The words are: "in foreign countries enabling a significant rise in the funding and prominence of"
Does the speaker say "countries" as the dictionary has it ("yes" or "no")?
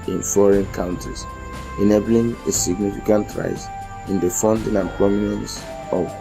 no